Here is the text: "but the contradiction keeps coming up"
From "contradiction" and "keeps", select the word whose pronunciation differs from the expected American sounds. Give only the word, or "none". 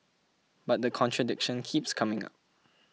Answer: none